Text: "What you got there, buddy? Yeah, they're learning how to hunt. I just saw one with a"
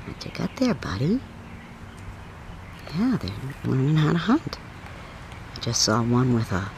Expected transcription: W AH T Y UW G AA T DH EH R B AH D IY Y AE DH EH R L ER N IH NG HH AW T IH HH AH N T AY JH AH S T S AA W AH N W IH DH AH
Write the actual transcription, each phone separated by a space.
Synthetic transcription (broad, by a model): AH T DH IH G AA T DH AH R B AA D IY Y AE DH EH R W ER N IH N HH AW T IH HH AH N T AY JH AH S T S AA W AH N W IH DH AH